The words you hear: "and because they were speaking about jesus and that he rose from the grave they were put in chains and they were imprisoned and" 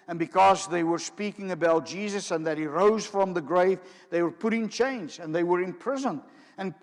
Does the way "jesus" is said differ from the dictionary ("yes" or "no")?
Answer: no